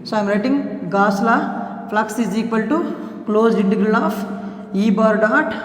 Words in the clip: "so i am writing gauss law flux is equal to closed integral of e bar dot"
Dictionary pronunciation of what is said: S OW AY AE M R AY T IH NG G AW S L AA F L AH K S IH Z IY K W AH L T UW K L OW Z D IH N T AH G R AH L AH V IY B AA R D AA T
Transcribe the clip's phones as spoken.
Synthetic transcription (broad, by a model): S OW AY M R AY T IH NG G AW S L AA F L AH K S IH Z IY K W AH L T UW K L OW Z IH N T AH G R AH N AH F IY B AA R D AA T